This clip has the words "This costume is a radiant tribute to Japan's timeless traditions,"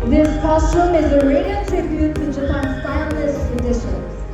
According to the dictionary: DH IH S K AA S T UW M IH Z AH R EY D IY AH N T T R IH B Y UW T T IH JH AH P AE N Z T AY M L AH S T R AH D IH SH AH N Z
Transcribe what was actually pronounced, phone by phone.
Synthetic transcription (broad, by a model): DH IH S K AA S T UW M IH Z AH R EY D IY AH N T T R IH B Y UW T T IH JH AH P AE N S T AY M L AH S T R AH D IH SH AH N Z